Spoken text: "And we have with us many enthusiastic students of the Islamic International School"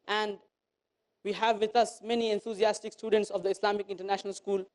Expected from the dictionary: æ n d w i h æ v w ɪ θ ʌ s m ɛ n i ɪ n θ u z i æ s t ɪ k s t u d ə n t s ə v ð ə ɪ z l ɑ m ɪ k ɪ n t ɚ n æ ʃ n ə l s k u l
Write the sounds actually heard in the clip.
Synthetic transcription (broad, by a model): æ n d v i h æ v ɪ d ʌ s m ɛ n i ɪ n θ u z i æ s t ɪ k s t u d ə n t s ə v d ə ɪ s l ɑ m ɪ k ɪ n t ɚ n æ ʃ n ə l s k u l